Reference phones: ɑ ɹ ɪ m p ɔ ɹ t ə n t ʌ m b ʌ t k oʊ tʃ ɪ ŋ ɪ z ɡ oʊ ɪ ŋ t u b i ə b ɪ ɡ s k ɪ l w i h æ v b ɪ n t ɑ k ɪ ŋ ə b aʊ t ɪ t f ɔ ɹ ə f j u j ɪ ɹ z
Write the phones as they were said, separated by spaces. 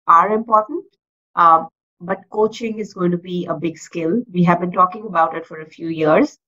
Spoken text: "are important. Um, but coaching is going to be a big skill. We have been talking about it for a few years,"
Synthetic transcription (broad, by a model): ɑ ɹ ɪ m p ɔ ɹ t ə n t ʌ b ʌ t k oʊ tʃ ɪ ŋ ɪ z ɡ oʊ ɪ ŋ t u b i ə b ɪ ɡ s k ɪ l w i h æ v b ɪ n t ɑ k ɪ ŋ ə b aʊ t ɪ t f ɔ ɹ ə f j u j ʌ ɹ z